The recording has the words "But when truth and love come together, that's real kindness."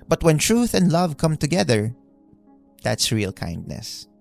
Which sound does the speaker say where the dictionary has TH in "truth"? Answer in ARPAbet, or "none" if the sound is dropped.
TH